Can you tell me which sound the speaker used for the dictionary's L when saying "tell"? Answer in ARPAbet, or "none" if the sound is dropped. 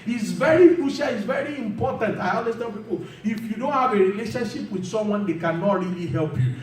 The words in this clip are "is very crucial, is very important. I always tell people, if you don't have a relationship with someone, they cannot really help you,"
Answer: N